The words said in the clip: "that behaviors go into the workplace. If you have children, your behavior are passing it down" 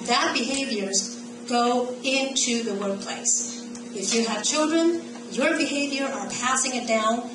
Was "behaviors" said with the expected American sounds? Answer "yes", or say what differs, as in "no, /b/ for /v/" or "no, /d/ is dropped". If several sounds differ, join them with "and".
yes